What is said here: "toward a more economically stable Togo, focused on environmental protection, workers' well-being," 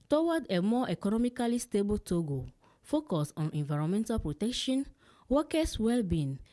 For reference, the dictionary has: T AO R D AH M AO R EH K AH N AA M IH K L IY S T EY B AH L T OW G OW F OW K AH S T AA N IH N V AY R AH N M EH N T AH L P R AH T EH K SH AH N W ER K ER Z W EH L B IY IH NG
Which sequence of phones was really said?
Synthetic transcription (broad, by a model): T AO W D AH M AO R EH K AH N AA M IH K L IY S T EY B AH L T OW G OW F OW K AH S AA N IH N V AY R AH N M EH N T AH L P R AH T EH K SH AH N W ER K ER S W EH L B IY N